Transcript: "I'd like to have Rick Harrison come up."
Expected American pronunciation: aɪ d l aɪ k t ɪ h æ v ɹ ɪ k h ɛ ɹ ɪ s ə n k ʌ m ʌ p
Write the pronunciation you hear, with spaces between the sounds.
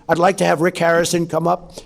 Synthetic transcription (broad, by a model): aɪ d l aɪ k t ɪ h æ v ɹ ɪ k h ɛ ɹ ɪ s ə n k ʌ m ʌ p